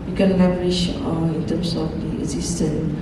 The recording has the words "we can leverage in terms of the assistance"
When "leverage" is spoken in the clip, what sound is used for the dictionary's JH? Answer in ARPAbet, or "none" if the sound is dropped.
SH